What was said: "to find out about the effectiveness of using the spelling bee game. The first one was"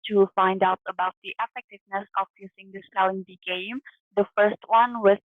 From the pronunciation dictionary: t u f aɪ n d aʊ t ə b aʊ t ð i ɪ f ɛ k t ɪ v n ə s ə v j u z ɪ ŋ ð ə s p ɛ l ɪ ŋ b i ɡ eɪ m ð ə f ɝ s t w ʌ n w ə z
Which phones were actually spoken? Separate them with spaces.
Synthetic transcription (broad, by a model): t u f aɪ n d aʊ t ə b aʊ t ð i ɪ f ɛ k t ɪ v n ə s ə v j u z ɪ ŋ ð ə s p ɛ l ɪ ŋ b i ɡ eɪ m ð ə f ɝ s t w ʌ n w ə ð